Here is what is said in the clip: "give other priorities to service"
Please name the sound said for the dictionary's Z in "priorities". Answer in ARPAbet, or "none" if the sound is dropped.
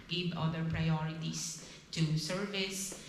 S